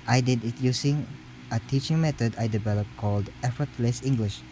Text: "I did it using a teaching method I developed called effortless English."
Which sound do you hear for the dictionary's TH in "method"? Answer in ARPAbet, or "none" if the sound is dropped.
T